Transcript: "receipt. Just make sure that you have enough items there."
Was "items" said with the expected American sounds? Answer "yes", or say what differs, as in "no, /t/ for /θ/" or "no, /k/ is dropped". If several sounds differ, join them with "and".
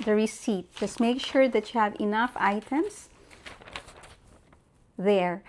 no, /s/ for /z/